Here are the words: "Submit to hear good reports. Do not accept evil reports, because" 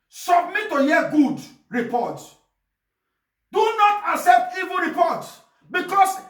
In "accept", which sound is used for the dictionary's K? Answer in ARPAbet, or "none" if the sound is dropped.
K